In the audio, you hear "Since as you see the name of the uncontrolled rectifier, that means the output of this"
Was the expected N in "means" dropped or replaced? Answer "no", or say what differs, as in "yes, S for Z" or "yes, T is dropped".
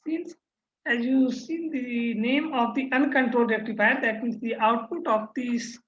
yes, N is dropped